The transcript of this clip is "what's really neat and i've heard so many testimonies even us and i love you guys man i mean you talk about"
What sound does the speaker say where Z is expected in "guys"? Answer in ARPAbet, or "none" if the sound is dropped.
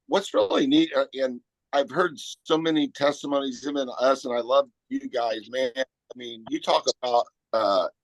Z